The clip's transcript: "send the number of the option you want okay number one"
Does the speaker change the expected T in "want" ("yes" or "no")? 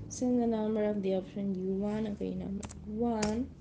yes